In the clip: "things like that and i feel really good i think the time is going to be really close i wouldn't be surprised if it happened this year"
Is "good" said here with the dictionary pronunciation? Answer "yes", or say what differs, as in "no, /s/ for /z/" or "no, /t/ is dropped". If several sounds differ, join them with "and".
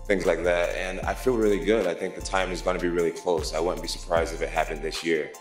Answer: yes